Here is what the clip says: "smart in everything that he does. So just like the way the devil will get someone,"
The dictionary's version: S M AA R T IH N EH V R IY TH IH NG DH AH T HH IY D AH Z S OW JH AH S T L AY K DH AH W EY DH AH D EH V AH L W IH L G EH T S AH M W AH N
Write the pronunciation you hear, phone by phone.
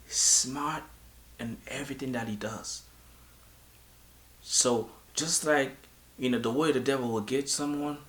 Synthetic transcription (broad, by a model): S M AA R T IH N EH V R IY TH IH NG DH AH T HH IY D AH Z S OW JH AH S T L AY K DH AH W EY DH AH D EH V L W IH L G EH T S AH M W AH N